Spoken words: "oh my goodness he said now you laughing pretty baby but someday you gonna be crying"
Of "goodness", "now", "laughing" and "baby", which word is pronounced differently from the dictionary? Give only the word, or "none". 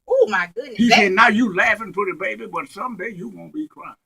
goodness